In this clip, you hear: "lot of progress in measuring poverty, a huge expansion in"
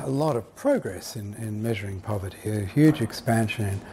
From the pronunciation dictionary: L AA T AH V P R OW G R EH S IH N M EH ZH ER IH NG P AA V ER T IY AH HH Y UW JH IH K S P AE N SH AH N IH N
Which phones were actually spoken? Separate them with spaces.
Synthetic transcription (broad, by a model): L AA T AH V P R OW G R EH S IH N M EH ZH ER IH NG P AA V ER T IY AH HH Y UW JH IH K S P AE N SH AH N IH N